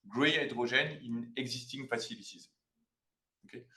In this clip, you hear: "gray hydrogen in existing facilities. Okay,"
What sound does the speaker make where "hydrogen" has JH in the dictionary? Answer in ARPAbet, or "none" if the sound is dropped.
ZH